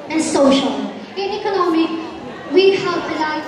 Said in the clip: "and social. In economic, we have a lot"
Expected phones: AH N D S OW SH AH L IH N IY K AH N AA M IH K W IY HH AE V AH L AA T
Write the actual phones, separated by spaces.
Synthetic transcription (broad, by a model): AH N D S OW SH AH L IH N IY K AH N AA M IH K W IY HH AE P AH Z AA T